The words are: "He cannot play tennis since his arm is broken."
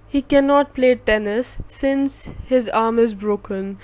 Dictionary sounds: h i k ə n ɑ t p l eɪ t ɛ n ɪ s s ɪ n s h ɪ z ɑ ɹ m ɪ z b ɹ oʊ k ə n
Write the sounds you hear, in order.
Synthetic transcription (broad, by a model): h i k ə n ɑ t p l eɪ t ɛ n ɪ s s ɪ n s h ɪ z ɑ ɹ m ɪ z b ɹ oʊ k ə n